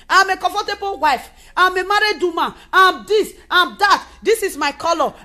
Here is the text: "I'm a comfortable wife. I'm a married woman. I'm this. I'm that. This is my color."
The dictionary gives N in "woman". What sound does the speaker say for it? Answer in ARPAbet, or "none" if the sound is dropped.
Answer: none